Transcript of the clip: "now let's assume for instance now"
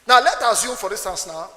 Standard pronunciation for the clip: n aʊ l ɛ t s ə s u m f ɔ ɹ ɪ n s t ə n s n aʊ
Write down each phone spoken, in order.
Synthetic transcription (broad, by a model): n aʊ l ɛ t ə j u m f ɔ ɹ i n s t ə n s n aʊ